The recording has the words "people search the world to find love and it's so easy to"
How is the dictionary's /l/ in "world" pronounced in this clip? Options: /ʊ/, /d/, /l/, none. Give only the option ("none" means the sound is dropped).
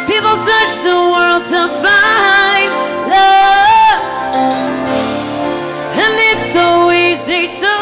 /l/